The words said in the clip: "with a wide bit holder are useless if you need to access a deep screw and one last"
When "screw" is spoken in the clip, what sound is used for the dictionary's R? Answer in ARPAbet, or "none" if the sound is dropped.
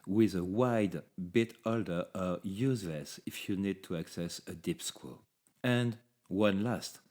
W